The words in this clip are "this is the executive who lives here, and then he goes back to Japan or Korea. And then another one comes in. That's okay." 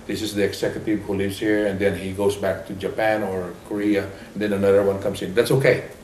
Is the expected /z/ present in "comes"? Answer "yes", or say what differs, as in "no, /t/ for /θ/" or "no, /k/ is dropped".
no, /s/ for /z/